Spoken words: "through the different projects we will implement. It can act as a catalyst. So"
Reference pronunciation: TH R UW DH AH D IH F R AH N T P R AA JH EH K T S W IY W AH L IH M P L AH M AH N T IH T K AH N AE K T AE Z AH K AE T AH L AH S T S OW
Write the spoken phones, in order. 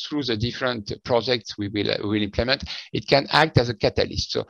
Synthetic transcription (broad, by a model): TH R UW DH AH D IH F R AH N T P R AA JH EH K T S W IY W AH L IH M P L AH M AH N T IH T K AH N AE K T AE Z AH K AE T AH L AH S T S OW